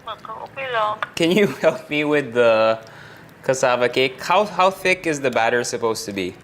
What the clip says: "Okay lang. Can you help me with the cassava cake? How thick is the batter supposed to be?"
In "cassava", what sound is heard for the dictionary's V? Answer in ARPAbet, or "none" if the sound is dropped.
V